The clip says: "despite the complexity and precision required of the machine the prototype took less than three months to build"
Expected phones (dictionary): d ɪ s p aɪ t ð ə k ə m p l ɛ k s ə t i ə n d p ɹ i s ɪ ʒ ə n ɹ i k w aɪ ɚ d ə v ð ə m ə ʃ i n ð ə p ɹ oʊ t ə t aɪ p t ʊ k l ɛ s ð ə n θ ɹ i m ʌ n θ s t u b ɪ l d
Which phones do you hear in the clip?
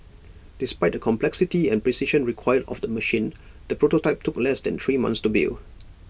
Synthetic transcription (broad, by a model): d ɪ s p aɪ t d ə k ə m p l ɛ k s ə t i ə n p ɹ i s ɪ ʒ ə n ɹ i k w aɪ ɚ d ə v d ə m ə ʃ i n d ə p ɹ oʊ t ə t aɪ p t ʊ k l ɛ s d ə n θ ɹ i m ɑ n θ s t u b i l